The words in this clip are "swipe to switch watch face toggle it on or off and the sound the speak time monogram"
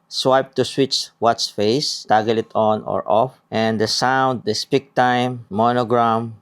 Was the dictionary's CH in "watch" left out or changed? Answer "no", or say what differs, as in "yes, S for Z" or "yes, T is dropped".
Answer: yes, S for CH